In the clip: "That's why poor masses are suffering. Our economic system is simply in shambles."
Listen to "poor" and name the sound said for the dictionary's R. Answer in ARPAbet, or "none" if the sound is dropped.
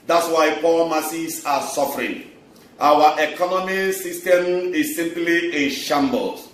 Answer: L